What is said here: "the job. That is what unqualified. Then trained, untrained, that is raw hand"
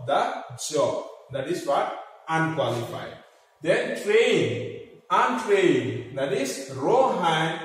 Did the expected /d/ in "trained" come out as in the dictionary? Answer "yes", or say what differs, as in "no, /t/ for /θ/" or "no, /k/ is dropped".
no, /d/ is dropped